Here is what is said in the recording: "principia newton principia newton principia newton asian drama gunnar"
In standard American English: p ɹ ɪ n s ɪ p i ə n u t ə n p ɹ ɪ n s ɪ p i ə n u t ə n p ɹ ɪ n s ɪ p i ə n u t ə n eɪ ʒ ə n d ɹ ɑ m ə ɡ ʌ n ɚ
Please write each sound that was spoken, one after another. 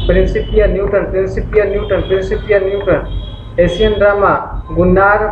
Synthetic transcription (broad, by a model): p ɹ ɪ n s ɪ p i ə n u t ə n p ɹ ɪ n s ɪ p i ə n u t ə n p ɹ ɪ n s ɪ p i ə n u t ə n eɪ s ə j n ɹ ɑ m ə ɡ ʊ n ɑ